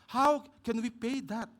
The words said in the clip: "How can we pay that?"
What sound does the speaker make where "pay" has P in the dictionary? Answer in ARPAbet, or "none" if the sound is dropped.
P